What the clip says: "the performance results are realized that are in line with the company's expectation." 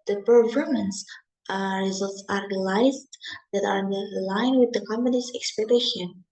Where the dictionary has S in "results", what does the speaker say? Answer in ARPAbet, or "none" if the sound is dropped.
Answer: S